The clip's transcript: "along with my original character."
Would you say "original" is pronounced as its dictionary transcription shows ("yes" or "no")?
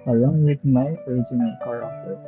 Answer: no